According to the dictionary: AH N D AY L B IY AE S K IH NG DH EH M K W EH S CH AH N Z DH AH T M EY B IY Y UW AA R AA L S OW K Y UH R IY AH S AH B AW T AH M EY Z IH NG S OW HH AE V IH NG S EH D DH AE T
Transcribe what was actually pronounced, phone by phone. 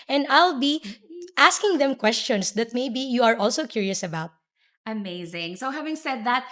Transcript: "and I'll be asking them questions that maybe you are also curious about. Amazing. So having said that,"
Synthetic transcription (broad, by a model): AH N D AY L B IY AE S K IH NG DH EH M K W EH S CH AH N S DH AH T M EY B IY Y UW AA R AA L S OW K Y UH R IY AH S AH B AW T AH M EY Z IH NG S OW HH AE V IH NG S EH D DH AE T